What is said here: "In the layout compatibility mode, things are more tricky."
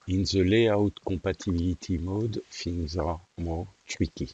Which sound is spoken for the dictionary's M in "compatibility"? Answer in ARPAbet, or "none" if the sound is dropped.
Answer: none